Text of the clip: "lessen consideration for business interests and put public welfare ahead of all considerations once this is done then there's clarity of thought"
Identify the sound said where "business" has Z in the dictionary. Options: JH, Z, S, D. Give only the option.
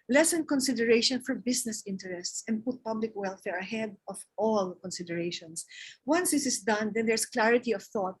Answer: S